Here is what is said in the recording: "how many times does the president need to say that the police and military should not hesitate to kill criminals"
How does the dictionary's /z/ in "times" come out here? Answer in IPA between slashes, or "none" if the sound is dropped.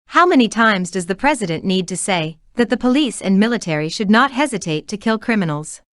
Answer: /z/